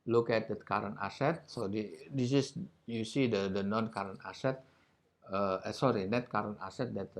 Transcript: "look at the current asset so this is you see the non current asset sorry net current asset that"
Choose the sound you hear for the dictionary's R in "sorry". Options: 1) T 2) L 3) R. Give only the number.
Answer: 3